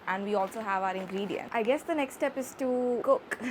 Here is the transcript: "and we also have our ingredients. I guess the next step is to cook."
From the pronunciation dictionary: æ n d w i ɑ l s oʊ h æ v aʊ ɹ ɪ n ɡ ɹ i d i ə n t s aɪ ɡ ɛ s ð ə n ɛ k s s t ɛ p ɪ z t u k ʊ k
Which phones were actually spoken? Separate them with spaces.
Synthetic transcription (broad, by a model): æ n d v i ɑ l s oʊ h æ v aʊ ɹ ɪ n ɡ ɹ i d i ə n t aɪ ɡ ɛ s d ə n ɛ k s s t ɛ p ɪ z t u k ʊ k